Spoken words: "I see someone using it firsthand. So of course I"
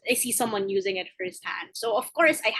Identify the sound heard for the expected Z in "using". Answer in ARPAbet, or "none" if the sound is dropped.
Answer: Z